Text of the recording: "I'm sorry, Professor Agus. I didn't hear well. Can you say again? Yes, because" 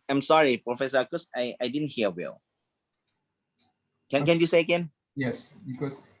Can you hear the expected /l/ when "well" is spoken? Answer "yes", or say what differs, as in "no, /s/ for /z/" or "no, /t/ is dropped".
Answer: no, /n/ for /l/